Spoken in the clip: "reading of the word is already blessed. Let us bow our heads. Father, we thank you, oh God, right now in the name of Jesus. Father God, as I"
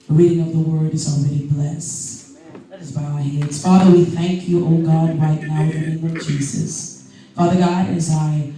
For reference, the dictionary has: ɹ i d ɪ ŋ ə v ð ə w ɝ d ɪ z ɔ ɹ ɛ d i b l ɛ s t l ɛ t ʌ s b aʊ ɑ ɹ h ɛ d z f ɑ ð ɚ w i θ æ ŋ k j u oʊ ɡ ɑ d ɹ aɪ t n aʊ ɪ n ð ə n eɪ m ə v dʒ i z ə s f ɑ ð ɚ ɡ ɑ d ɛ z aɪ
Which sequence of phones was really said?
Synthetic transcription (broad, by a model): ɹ i d ɪ ŋ ə v ð ə w ɝ d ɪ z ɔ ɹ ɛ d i b l ɛ s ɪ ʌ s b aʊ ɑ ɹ h ɛ d z f ɑ ð ɚ w i θ æ ŋ k j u oʊ ɡ ɑ d ɹ aɪ t n aʊ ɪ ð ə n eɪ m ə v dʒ i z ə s f ɑ ð ɚ ɡ ɑ d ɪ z aɪ